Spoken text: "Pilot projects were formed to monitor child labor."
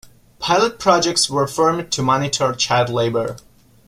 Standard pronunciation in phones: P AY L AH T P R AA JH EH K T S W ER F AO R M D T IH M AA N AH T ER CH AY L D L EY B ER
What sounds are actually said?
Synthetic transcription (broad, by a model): P AY L AH T P R AA JH EH K T S W ER F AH R M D T IH M AA N AH T ER CH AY D L EY B ER